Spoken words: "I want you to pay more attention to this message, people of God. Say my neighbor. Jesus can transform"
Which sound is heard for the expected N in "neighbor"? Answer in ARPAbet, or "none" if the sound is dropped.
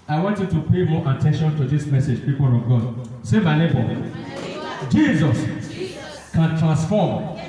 L